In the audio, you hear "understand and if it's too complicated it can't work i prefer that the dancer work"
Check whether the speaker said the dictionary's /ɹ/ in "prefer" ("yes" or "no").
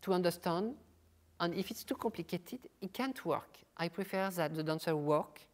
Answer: yes